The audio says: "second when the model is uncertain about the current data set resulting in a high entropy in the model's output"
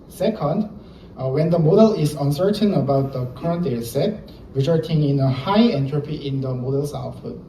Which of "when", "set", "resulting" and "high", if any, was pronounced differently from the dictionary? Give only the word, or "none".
resulting